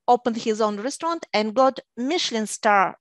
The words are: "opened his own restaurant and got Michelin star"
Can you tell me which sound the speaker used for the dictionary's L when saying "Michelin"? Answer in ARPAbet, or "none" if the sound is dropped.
L